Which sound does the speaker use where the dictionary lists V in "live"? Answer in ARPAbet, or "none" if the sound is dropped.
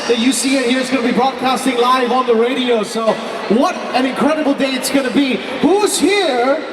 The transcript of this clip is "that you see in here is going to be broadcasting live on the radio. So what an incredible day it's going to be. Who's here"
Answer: V